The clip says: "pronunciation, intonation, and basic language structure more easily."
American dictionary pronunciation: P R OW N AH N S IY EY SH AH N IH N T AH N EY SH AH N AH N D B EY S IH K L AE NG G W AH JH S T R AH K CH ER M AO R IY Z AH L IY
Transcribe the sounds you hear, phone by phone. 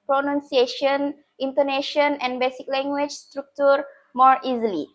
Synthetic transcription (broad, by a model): P R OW N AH N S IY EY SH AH N IH N T AH N EY SH AH N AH N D B EY S IH K L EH NG G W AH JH S T R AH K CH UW M AO R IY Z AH L IY